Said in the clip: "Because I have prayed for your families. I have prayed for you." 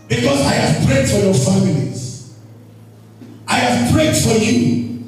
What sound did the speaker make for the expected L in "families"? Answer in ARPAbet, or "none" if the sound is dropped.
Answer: N